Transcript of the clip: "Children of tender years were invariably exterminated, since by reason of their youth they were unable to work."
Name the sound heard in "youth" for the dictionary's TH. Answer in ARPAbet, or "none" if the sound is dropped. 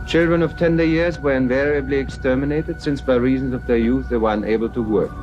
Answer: TH